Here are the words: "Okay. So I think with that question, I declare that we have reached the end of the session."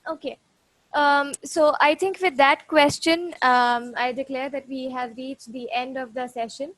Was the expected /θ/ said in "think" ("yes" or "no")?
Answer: no